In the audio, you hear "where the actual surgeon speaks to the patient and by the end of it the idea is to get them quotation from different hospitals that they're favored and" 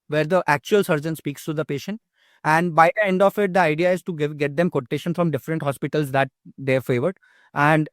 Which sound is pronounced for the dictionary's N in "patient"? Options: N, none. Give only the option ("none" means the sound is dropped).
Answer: N